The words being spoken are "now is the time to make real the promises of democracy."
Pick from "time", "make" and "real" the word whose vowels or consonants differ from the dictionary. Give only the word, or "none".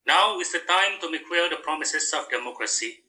real